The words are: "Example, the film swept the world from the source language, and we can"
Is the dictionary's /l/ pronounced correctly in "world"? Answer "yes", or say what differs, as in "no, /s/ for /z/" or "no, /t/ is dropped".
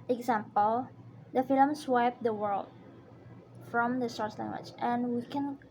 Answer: yes